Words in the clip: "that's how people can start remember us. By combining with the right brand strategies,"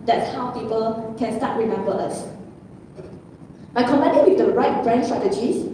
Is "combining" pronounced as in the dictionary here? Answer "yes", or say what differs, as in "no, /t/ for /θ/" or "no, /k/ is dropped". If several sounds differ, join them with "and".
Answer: no, /b/ is dropped